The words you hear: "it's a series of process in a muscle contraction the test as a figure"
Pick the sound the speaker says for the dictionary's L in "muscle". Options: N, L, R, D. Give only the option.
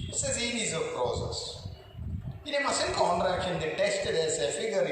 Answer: N